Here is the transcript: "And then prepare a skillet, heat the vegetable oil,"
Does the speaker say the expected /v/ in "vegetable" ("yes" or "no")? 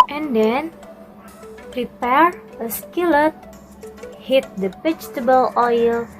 no